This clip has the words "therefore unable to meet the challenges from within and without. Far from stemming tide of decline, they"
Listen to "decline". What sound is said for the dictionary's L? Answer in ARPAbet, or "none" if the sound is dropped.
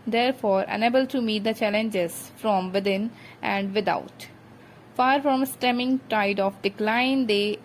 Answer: L